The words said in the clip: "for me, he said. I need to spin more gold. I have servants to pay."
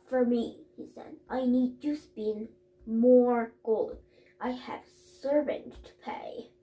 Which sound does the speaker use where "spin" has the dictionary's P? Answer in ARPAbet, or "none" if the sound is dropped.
B